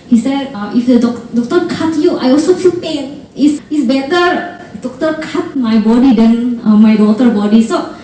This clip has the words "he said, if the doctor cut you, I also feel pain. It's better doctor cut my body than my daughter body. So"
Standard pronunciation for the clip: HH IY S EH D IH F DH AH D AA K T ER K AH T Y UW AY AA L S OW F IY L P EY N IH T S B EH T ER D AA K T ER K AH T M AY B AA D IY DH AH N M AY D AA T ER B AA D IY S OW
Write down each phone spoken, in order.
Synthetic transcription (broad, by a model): HH IY S EH D IH F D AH D AA K T ER K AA T Y UW AY AA L S OW F IY L P EY N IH S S B EH T ER D AA K T ER K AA T M AY B AA D IY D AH N M AY D AA T ER B AA D IY S OW